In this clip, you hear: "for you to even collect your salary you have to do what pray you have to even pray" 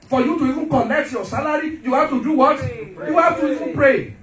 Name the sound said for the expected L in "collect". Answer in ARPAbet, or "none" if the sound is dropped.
N